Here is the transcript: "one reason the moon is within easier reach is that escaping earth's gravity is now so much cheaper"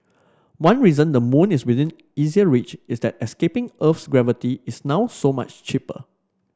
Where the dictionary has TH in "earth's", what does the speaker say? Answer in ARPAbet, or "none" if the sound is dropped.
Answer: F